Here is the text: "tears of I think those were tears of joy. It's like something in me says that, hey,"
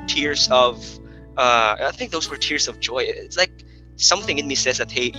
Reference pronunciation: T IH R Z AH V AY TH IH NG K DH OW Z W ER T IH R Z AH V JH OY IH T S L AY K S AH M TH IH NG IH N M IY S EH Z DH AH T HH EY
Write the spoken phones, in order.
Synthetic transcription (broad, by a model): T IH R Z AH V AY TH IH NG K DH OW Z W ER T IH R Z AH V JH OY IH T S L AY K S AH M TH IH NG IH N M IY S EH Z DH AH T HH EY